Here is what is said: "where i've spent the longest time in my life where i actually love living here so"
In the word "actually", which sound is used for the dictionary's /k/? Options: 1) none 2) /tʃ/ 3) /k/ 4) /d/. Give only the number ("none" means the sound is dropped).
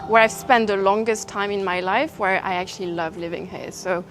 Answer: 3